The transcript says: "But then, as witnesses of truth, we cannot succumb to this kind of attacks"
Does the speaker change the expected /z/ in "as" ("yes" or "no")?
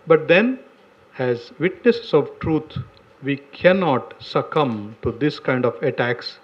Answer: no